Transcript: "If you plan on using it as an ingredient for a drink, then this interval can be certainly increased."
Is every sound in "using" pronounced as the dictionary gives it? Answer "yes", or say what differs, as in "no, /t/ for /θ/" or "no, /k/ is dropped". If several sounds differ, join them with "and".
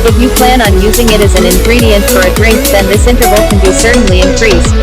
yes